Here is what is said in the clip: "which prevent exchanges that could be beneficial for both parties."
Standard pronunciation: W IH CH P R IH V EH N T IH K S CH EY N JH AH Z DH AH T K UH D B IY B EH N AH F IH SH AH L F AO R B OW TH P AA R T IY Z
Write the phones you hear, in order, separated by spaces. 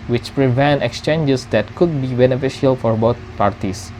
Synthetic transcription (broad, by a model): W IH CH P R IH V EH N T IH K S CH EY N JH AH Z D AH T K UH D B IY B EH N AH F IH SH AH L F AO R B OW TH P AA R T IY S